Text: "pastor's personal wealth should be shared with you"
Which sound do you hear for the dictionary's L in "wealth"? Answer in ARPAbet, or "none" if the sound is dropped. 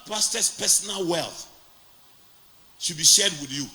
L